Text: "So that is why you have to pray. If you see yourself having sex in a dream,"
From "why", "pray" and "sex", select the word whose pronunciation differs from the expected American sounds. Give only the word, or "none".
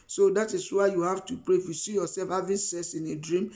sex